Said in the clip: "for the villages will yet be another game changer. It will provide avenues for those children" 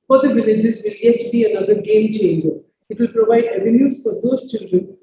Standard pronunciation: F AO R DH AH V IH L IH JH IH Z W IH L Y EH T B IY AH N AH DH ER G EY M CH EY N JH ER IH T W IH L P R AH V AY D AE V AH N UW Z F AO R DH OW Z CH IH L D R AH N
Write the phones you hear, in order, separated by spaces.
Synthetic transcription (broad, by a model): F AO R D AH V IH L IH JH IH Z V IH L Y EH T B IY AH N AH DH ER G EY M CH EY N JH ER IH T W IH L P R AH V AY D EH V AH N UW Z F AO R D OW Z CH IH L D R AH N